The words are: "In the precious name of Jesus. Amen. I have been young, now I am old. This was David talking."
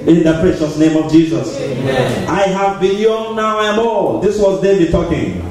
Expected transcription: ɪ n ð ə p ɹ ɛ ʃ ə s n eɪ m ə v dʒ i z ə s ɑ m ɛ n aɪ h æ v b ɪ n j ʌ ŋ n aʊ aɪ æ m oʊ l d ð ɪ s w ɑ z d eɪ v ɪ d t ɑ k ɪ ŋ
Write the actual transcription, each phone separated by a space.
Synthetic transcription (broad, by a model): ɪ n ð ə p ɹ ɛ ʃ ə s n eɪ m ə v dʒ i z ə s ɑ ɪ h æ v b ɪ l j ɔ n n aʊ aɪ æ m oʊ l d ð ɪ s w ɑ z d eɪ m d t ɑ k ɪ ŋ